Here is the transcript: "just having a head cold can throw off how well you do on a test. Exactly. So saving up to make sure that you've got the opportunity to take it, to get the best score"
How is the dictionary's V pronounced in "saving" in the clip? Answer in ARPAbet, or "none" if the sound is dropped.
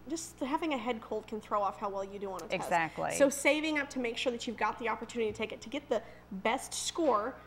V